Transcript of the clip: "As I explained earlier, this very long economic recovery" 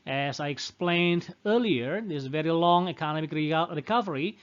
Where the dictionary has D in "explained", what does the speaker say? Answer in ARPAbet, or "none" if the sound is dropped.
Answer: D